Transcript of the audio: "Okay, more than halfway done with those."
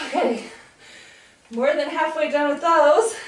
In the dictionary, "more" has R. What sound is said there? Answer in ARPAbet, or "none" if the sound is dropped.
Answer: R